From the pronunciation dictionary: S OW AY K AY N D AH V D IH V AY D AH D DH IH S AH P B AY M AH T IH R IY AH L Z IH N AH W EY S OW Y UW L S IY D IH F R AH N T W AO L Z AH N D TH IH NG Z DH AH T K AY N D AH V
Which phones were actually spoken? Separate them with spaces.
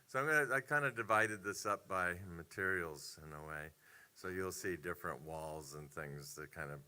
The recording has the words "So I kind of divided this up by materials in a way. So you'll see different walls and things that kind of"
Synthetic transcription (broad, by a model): S OW AY K AY N D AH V D IH V AY D AH D DH IH S AH P B AY M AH T IH R IY L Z IH N AH W EY S OW Y UW L S IY D IH F R AH N T W AO L Z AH N TH IH NG Z DH AH T K AY N D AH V